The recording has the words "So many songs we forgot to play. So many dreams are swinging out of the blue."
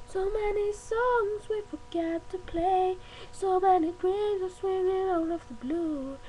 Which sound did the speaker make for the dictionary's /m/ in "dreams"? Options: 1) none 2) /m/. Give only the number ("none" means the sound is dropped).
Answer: 1